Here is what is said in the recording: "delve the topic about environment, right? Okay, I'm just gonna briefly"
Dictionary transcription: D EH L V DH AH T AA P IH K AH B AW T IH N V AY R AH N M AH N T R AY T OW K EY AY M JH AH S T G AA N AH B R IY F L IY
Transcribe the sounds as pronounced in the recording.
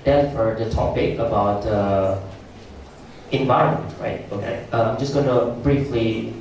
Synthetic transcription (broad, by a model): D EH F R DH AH T AA P IH K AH B AW T IH N V AY R AH N M AH N T R AY T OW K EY AY M JH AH S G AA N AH B R IY F L IY